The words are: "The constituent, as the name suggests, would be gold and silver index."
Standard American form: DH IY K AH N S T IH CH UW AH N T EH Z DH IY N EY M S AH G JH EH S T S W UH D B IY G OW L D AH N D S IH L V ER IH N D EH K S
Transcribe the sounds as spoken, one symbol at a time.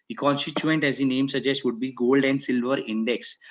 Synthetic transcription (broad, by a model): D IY K AH N S T IH CH UW AH N T EH Z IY N EY M S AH JH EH S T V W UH D B IY G OW L D AH N D S IH L V ER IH N D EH K S